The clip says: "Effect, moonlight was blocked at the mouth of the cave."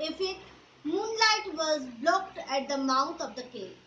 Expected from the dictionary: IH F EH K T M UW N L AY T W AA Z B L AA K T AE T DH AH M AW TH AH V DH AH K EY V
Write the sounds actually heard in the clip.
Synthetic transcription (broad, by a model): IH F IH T M UW N L AY T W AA Z B L AA K T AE T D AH M AW T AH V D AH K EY